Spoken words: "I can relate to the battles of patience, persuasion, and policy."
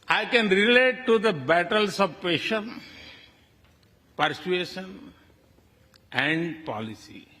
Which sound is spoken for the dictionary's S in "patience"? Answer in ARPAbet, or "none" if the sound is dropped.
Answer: none